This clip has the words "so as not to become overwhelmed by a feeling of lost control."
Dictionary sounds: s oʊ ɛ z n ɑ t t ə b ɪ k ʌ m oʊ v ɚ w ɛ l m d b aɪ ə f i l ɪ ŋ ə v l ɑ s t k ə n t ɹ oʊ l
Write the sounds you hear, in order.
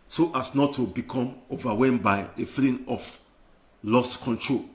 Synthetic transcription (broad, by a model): s oʊ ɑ s n ɑ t t ə b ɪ k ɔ m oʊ v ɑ w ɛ m b aɪ ə f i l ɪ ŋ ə f l ɑ s t k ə n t ɹ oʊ l